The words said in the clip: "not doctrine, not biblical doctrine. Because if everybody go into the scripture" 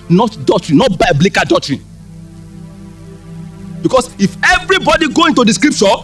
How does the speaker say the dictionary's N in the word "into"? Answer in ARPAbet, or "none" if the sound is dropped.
N